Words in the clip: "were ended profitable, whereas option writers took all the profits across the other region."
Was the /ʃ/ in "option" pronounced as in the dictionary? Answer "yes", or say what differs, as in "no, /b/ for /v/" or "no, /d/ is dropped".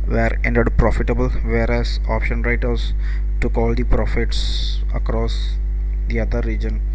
yes